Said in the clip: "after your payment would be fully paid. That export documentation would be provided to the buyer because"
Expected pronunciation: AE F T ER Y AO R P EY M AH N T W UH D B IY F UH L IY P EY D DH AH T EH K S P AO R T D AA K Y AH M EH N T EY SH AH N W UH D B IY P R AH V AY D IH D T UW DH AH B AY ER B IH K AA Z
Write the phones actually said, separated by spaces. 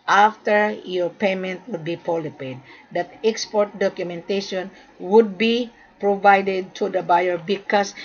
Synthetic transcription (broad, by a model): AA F T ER Y AO R P EY M AH N T W UH D B IY P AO L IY P EY D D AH T EH K S P AO R T D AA K Y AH M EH N T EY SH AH N W UH D B IY P R AH V AY D IH D T UW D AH B AY ER B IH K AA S